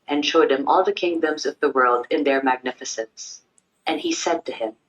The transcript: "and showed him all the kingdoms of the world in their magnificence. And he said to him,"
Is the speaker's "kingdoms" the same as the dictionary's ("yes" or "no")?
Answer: yes